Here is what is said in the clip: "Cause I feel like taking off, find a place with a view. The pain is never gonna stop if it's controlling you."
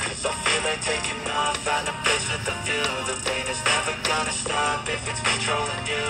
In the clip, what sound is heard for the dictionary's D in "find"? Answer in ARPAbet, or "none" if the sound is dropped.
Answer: none